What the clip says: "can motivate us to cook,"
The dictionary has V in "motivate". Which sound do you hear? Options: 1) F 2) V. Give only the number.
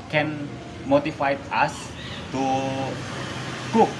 1